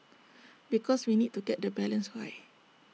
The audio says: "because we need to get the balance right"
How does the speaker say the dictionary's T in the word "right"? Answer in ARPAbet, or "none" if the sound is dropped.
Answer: none